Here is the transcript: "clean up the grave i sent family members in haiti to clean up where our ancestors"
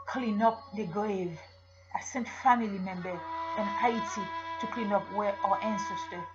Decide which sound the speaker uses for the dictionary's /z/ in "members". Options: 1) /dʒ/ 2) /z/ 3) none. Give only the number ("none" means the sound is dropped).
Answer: 3